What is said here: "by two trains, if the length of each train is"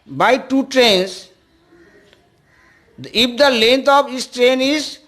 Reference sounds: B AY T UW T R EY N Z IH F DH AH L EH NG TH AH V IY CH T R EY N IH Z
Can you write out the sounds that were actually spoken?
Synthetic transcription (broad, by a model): B AY T UW T R EY N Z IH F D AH L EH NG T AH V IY S T R EY N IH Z